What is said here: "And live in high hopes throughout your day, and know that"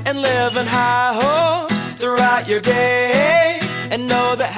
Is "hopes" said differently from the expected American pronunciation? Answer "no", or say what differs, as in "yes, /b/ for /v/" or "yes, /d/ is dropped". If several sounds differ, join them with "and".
yes, /p/ is dropped